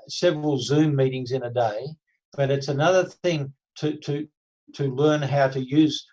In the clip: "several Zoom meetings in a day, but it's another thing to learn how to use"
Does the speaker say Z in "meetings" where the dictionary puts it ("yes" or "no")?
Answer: yes